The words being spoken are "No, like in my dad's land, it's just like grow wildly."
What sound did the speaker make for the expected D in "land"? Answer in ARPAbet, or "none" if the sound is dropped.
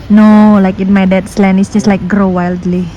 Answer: none